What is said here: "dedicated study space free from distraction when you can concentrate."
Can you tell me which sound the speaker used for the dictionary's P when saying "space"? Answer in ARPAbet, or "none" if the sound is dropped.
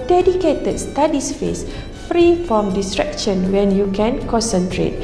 F